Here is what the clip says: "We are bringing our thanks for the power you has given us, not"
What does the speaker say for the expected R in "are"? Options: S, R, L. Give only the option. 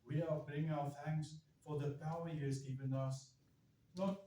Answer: L